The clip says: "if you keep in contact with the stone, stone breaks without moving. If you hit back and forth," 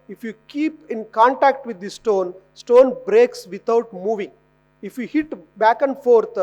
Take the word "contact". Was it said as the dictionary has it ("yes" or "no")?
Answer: yes